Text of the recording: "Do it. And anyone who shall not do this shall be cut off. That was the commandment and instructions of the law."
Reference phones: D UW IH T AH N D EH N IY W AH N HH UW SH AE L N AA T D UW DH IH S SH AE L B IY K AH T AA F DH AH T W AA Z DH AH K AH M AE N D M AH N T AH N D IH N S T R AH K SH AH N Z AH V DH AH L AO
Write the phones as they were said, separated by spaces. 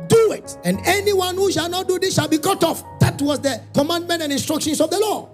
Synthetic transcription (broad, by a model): D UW IH T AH N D EH N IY W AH N HH UW SH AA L N AA T D UW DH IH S SH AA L B IY K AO T AA F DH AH T W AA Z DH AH K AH M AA N D M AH N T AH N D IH N S T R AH K SH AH N S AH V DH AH L AO